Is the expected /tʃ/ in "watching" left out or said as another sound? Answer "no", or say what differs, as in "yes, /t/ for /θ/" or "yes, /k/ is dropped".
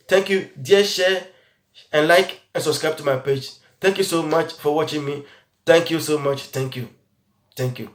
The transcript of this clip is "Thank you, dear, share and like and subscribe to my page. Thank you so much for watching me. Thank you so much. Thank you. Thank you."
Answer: no